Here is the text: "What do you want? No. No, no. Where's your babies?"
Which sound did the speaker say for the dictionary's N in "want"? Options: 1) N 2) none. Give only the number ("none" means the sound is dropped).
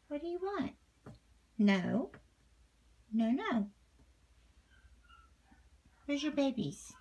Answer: 1